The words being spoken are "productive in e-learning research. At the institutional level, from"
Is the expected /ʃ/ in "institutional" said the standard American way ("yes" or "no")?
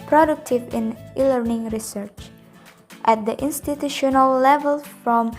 yes